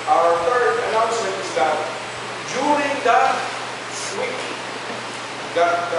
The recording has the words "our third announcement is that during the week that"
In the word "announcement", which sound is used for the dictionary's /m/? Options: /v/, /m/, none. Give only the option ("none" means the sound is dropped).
none